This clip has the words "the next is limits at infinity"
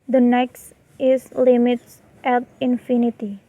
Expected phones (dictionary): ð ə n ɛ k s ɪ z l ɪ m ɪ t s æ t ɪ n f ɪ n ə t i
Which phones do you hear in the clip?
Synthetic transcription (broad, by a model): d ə n ɛ k s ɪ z l ɪ m ɪ t s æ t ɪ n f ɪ n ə t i